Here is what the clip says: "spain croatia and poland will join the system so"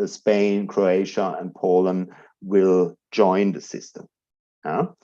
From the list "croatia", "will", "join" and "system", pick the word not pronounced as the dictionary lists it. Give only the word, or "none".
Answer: none